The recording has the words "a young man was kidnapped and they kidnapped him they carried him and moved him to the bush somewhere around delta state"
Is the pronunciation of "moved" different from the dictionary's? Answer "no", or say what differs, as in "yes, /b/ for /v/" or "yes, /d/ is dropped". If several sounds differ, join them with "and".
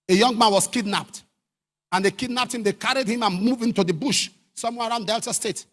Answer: yes, /d/ is dropped